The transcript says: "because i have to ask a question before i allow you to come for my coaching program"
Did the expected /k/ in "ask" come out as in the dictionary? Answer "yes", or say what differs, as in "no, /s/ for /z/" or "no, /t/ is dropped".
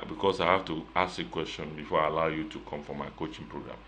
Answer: no, /k/ is dropped